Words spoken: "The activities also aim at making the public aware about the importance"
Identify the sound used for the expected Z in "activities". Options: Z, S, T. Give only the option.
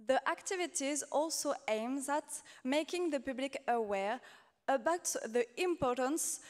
Z